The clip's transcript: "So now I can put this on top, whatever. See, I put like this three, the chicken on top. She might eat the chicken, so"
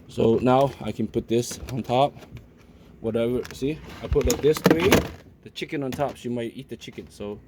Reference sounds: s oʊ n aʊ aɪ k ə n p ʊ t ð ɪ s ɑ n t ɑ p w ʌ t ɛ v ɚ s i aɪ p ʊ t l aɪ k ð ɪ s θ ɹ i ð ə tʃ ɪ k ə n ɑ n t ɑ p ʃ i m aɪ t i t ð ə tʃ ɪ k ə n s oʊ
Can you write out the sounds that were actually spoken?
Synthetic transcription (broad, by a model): s oʊ n aʊ aɪ k ə n p ʊ t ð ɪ s ɑ n t ɑ p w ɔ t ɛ v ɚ s i aɪ p ʊ t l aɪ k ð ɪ s t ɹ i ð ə tʃ ɪ k ə n ɑ n t ɑ p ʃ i m aɪ t i t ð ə tʃ ɪ k ə n s oʊ